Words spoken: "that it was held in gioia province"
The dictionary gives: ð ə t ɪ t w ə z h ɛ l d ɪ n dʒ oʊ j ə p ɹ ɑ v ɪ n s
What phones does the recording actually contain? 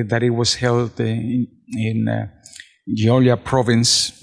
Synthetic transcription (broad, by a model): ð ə t ɪ t w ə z h ɛ l d ɪ n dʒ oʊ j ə p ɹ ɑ v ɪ n s